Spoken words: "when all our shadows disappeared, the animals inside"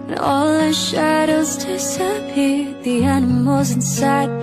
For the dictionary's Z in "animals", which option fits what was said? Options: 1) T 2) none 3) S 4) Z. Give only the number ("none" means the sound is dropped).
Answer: 4